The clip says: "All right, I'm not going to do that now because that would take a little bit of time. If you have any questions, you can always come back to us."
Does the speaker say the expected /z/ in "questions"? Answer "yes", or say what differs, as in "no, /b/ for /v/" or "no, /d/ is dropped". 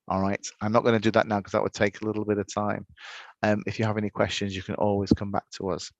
yes